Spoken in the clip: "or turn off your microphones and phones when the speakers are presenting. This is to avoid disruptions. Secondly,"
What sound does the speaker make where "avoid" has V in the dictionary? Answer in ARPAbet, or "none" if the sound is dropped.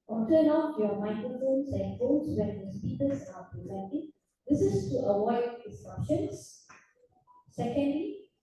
W